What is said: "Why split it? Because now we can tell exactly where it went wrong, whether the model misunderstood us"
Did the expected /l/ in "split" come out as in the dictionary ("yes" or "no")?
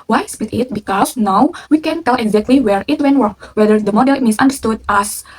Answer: no